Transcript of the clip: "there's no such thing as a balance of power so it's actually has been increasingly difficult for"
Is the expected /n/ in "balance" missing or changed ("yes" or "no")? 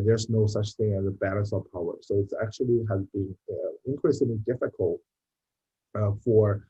yes